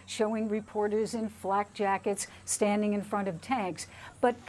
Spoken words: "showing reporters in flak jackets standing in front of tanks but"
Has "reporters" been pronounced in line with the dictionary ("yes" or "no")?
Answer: yes